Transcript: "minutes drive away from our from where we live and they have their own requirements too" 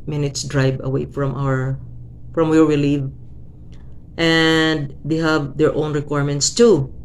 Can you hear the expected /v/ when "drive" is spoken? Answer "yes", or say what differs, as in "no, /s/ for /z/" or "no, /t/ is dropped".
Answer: no, /b/ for /v/